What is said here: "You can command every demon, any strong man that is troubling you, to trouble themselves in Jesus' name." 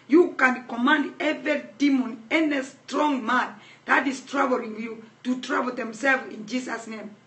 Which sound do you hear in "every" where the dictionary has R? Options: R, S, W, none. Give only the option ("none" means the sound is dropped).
none